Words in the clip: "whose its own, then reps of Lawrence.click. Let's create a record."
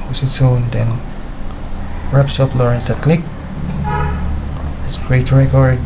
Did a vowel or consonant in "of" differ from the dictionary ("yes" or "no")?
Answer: yes